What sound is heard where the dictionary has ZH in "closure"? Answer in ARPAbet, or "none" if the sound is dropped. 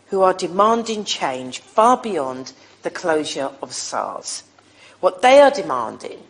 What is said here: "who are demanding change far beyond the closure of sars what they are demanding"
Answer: ZH